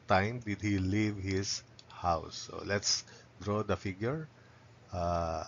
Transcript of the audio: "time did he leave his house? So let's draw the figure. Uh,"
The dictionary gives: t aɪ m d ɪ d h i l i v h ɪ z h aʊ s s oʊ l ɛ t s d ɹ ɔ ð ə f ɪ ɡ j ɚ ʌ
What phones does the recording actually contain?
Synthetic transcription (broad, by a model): t aɪ m d ɪ d h i l i v h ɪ s h aʊ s s oʊ l ɛ t s d ɹ ɔ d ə f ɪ ɡ j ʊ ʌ